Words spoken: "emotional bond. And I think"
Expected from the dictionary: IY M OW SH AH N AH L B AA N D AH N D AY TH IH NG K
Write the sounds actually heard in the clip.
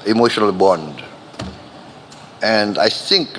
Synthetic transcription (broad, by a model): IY M OW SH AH N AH L B AA N D AH N D AY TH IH NG K